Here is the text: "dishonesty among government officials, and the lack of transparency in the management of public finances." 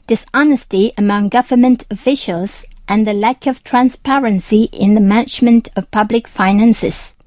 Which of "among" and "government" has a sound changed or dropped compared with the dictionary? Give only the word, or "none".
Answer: none